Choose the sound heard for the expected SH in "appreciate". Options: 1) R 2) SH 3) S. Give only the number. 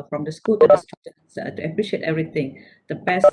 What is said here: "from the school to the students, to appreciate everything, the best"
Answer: 2